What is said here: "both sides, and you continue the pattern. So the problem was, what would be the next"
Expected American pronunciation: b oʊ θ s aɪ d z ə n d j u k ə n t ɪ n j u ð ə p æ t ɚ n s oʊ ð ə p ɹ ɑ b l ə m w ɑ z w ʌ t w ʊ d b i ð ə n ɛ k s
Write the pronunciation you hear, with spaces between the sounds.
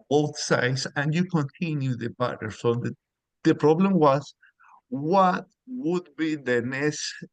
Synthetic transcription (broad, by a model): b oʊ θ s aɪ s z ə n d j u k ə n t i n j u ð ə b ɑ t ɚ s oʊ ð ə p ɹ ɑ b l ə m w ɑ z w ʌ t w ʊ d b i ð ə n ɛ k s